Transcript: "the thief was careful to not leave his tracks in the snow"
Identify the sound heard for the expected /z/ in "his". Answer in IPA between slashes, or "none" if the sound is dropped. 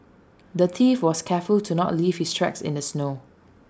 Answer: /s/